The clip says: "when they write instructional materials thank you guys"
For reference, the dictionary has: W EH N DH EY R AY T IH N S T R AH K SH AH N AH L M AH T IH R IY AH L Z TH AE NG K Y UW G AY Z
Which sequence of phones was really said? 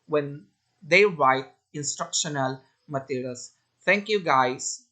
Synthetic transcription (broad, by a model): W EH N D EY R AY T IH N S T R AH K SH AH N AH L M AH T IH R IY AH L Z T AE NG K Y UW G AY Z